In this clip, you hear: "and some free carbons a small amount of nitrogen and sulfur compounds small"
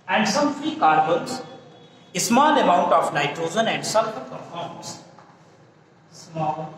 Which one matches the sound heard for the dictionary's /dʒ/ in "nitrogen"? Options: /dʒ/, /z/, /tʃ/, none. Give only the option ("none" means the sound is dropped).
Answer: /z/